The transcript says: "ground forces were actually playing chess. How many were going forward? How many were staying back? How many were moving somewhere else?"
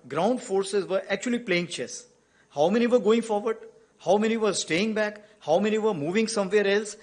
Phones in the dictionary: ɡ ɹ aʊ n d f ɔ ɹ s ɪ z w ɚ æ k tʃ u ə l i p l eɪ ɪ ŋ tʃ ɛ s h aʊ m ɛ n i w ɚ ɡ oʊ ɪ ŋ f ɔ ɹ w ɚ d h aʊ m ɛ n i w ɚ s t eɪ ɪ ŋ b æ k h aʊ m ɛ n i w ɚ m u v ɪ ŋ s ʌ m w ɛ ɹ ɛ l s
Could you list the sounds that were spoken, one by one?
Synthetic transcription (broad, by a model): ɡ ɹ aʊ n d f ɔ ɹ s ɪ z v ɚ æ k tʃ u ə l i p l eɪ ɪ ŋ tʃ ɛ s h aʊ m ɛ n i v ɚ ɡ oʊ ɪ ŋ f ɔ ɹ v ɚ d h aʊ m ɛ n i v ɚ s t eɪ ɪ ŋ b æ k h aʊ m ɛ n i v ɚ m u v ɪ ŋ s ʌ m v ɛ ɹ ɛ l s